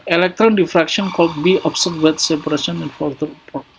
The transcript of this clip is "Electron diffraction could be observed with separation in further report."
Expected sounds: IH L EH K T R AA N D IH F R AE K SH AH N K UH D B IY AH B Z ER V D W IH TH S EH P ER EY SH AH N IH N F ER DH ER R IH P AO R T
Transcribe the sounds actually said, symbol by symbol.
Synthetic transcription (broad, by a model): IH L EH K T R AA N D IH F R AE K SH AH N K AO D B IY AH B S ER D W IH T S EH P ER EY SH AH N IH N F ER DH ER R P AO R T